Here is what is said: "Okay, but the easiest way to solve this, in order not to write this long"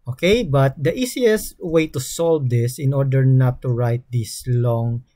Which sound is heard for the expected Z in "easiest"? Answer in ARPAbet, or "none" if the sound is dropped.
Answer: S